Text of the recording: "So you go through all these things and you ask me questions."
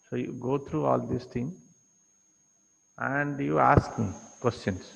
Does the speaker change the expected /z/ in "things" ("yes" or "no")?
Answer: yes